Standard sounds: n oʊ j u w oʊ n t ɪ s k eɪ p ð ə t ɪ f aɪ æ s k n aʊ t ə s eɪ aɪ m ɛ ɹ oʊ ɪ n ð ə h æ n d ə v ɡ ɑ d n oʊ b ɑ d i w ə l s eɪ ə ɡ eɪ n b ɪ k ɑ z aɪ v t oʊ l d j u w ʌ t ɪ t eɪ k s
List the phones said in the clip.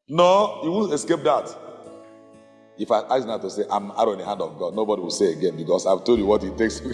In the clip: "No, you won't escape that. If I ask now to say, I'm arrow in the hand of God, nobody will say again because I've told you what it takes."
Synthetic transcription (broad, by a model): n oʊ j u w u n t ɪ s k eɪ p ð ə t ɪ f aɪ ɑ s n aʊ t ə s eɪ aɪ m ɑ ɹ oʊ ɪ n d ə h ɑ n d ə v ɡ ɑ d n oʊ b ɑ d i w ə l s eɪ ə ɡ eɪ n b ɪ k ɑ s aɪ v t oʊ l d j u w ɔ t ɪ t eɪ k s